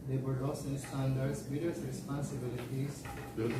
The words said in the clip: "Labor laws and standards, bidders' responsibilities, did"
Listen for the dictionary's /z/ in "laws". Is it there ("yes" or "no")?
no